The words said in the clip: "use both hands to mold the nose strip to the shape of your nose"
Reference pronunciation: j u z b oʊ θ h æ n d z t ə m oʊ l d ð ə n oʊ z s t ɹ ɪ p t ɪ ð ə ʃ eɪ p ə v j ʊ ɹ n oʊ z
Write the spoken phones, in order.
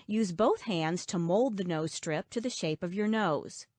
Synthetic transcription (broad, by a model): j u z b oʊ θ h æ n d z t ə m oʊ l d ð ə n oʊ z s t ɹ ɪ p t ɪ ð ə ʃ eɪ p ə v j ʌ ɹ n oʊ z